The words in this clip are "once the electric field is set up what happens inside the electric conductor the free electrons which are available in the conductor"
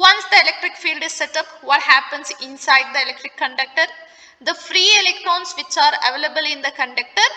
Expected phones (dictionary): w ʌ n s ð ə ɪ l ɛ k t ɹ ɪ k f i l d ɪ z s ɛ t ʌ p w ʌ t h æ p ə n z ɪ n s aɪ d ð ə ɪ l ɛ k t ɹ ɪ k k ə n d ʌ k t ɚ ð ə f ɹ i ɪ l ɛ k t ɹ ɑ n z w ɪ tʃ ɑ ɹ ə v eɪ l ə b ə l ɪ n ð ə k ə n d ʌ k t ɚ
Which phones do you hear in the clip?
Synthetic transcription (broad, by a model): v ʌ n s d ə ɪ l ɛ k t ɹ ɪ k f i l d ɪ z s ɛ t ʌ p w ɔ t h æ p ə n s ɪ n s aɪ d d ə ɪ l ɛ k t ɹ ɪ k k ə n d ʌ k t ɚ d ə f ɹ i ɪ l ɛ k t ɹ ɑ n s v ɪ tʃ ɑ ɹ ə v eɪ l ə b ə l ɪ n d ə k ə n d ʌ k t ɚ